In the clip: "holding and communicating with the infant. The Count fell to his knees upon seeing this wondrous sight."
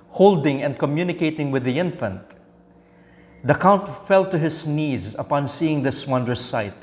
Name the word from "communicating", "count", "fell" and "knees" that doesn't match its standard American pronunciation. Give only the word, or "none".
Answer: none